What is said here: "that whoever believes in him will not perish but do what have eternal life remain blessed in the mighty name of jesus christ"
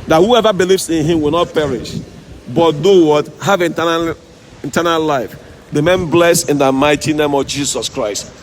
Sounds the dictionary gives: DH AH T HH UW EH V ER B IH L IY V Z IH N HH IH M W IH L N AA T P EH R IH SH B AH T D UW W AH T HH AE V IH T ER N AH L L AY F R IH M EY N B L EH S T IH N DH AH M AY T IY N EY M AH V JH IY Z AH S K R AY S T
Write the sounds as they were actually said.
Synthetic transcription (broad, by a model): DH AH T HH UW EH V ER B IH L IY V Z IH N HH IH M W IH L N AA T P EH R IH SH B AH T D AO W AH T HH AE V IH T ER N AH L L AY F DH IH M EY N B L EH S IH N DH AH M AY T IY N EY M AH V JH IY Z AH S K R AY S T